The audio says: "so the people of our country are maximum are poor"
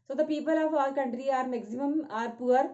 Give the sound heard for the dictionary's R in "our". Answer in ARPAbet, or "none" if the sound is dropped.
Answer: L